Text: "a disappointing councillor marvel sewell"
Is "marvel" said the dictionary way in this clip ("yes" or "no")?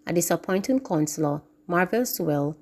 yes